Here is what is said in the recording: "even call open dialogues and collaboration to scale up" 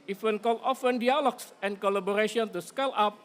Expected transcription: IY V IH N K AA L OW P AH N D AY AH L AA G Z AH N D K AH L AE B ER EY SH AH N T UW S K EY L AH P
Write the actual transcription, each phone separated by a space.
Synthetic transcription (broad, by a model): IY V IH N K AA L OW F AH N D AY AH L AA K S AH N K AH L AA B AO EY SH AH N T UW S K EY L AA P